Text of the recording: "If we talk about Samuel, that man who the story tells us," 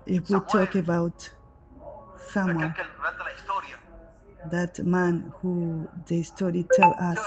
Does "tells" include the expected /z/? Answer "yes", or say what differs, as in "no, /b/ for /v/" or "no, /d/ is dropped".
no, /z/ is dropped